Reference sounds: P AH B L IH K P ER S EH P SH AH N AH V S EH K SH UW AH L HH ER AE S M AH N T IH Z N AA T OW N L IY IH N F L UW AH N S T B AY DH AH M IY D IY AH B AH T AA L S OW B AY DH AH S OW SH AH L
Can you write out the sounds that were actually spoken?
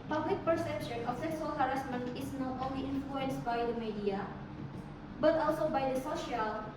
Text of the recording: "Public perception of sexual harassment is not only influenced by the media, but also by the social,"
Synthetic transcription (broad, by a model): P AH B L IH K P ER S EH P SH AH N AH F S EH K S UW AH L HH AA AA S M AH N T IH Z N AA T OW N L IY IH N F L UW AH N S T B AY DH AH M IY D IY AH B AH T AA L S OW B AY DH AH S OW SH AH L